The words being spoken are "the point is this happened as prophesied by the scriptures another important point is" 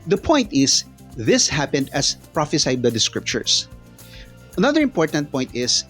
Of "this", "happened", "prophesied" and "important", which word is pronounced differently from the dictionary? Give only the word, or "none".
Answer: none